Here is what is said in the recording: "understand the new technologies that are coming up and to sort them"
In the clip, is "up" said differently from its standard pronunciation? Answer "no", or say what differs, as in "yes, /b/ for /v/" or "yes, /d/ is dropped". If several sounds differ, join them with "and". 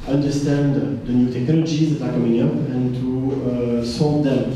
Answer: no